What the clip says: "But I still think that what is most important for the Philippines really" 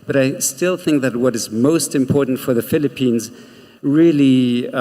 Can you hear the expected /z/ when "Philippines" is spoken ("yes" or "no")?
yes